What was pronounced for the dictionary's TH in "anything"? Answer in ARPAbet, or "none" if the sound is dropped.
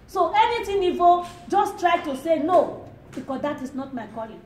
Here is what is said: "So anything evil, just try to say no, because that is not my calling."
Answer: T